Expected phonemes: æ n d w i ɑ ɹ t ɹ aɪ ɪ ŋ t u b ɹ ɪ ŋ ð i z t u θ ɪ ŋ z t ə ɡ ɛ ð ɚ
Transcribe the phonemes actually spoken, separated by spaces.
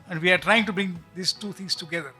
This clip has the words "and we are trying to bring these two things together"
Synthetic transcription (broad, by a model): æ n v i ɑ ɹ t ɹ aɪ ɪ ŋ t u b ɹ ɪ ŋ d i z t u t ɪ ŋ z t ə ɡ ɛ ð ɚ